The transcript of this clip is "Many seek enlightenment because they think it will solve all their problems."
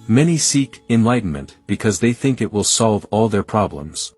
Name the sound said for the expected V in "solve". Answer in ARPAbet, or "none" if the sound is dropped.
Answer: V